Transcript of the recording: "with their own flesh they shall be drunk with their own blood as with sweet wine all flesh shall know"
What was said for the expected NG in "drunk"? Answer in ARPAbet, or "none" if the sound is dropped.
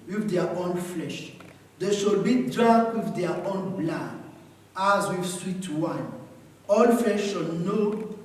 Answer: none